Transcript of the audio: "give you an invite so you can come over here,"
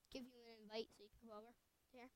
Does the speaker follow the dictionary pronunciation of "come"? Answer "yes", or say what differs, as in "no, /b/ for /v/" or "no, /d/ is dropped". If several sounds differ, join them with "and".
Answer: no, /m/ is dropped